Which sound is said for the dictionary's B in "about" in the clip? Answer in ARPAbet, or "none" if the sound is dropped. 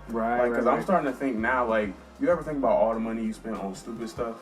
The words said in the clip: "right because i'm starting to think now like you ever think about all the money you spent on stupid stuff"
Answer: B